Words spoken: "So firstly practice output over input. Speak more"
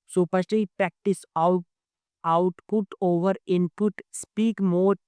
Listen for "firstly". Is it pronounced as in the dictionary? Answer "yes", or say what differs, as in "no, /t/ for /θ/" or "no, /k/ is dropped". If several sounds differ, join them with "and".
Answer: no, /p/ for /f/ and /l/ is dropped